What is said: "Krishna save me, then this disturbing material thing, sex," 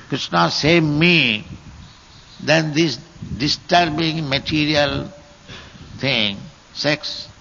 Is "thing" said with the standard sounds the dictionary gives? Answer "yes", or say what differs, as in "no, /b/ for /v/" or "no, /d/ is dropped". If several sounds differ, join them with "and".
no, /t/ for /θ/